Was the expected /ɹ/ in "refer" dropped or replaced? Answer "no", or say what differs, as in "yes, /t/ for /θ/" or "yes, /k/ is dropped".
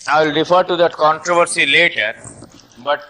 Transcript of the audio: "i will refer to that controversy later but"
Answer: no